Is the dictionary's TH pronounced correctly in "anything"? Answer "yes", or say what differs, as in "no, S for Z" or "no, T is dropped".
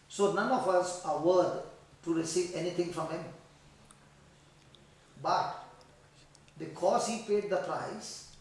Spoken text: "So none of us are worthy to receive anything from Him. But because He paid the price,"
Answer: no, T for TH